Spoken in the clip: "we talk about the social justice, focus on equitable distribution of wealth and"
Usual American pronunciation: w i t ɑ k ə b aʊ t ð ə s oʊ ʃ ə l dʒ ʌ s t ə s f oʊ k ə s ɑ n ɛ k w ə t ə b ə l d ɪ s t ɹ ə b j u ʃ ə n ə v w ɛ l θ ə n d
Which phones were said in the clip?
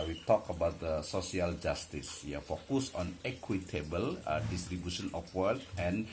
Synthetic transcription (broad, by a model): w i t ɑ k ə b aʊ t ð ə s oʊ s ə l dʒ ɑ s t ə s f oʊ k ə s ɑ n ɛ k w ə t ə b ə l d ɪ s t ɹ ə b j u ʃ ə n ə f w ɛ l t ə n